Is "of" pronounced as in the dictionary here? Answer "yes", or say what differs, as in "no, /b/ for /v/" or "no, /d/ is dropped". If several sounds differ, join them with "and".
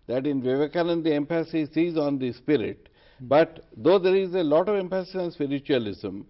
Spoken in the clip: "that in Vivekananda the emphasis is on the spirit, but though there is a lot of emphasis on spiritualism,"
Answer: yes